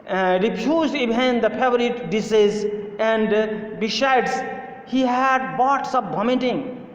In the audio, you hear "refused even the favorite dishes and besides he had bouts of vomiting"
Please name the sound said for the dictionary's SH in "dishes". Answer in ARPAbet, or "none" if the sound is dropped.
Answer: S